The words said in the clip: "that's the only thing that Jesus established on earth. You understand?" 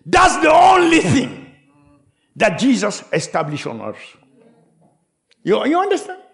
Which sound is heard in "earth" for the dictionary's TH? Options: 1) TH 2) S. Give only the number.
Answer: 2